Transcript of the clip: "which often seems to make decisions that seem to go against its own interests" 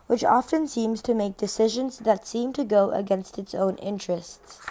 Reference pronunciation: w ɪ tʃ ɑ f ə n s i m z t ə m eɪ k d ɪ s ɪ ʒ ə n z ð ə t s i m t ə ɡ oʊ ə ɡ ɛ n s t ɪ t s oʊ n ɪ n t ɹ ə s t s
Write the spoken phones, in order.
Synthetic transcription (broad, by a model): w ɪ tʃ ɑ f ə n s i m z t ə m eɪ k d ɪ s ɪ ʒ ə n z ð ə t s i m t ə ɡ oʊ ə ɡ ɛ n s t ɪ t s oʊ n ɪ n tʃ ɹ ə s t s